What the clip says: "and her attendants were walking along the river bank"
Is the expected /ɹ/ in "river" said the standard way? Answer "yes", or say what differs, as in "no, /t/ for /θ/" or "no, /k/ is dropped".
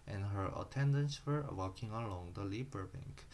no, /l/ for /ɹ/